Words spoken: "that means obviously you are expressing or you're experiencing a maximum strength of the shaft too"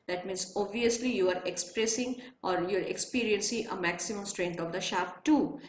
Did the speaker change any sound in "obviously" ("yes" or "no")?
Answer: no